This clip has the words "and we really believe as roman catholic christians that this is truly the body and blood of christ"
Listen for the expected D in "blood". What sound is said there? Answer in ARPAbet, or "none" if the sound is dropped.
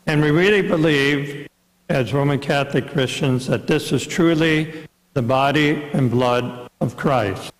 D